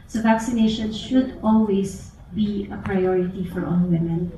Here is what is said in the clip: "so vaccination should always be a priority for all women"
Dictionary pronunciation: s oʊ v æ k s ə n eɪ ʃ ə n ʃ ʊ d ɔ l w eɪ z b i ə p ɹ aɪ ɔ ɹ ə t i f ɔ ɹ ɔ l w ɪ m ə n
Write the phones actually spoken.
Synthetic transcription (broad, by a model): s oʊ v æ k s ə n eɪ ʃ ə n ʃ ʊ d ɔ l w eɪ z b i ə p ɹ aɪ ɔ ɹ ə t i f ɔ ɹ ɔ n w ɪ m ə n